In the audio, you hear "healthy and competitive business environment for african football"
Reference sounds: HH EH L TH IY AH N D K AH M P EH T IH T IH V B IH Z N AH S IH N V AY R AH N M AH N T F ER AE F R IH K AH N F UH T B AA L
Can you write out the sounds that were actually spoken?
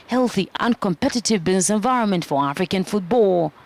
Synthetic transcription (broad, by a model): HH EH L TH IY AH N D K AH M P EH T IH T IH V B IH Z N AH S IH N V AY R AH N M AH N T F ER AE F R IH K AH N F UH T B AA L